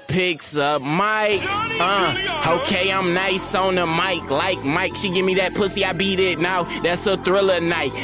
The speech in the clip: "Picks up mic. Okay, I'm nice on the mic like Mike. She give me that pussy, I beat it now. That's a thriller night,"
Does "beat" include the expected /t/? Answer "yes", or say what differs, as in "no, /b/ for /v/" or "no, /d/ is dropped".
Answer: yes